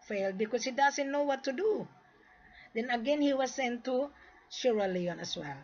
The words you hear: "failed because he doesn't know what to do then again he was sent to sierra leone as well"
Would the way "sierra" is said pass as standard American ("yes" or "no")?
no